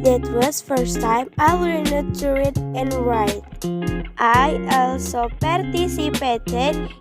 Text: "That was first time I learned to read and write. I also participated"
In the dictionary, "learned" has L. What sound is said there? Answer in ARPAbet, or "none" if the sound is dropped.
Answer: W